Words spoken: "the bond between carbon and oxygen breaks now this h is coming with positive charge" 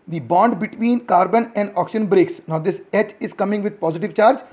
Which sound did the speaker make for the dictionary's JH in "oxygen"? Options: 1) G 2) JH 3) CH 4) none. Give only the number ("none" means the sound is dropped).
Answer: 4